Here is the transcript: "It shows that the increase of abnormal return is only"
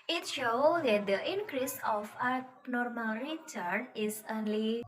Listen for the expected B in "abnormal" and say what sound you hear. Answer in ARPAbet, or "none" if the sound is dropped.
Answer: none